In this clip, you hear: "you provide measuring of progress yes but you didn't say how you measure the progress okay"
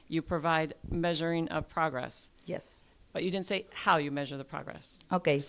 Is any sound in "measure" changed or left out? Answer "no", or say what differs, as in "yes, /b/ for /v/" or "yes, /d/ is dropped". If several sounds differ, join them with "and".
no